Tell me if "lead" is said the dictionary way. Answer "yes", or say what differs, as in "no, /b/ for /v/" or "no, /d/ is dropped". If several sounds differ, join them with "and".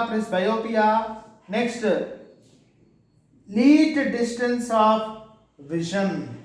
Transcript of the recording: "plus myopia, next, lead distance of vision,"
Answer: no, /n/ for /l/